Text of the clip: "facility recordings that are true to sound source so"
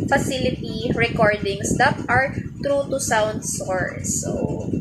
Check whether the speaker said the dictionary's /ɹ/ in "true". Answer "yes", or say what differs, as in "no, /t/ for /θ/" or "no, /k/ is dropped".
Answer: yes